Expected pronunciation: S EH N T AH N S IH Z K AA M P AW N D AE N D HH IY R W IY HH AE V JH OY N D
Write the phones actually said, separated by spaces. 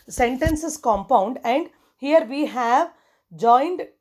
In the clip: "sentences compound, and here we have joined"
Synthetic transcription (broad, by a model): S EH N T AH N S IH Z K AA M P AW N D AE N D HH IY R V IY HH AE V JH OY N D